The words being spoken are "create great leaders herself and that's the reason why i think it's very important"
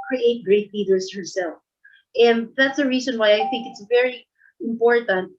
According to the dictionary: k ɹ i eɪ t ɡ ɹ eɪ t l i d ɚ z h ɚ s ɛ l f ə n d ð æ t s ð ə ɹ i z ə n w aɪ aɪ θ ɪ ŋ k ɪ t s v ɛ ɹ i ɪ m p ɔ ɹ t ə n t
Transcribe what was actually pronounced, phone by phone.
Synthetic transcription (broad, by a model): k ɹ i eɪ t ɡ ɹ eɪ t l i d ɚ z h ɚ s ɛ l f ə n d ð æ t s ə ɹ i z ə n w aɪ aɪ θ ɪ ŋ k ɪ t s v ɛ ɹ i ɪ m p ɔ ɹ t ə n t